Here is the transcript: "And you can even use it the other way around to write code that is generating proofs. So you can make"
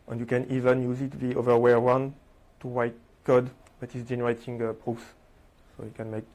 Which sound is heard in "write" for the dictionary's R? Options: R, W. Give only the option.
W